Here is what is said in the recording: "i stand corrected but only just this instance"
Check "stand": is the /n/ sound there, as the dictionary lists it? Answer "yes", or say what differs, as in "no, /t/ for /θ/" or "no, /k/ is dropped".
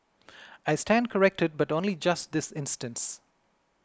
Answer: yes